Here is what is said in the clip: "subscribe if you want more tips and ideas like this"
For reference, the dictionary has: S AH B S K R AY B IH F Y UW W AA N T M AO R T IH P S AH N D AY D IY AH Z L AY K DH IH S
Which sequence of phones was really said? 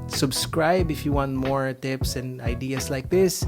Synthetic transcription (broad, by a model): S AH B S K R AY B IH F Y UW W AA N T M AO R T IH P S AH N D AY D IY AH S L AY K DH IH S